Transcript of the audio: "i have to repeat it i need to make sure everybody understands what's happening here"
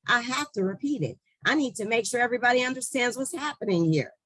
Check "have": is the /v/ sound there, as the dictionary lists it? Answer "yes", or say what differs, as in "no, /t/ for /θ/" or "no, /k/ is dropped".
no, /f/ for /v/